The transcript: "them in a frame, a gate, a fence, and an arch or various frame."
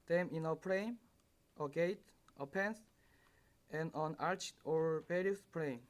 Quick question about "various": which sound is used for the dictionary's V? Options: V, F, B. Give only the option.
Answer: B